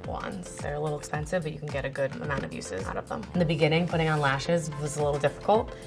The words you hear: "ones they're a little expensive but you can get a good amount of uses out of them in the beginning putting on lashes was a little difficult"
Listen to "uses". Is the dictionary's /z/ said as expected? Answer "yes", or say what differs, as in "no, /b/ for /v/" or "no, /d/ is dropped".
yes